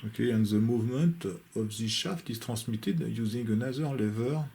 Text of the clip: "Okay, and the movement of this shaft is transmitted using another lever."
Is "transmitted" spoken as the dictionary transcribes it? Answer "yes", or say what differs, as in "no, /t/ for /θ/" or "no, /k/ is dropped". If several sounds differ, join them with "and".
no, /n/ is dropped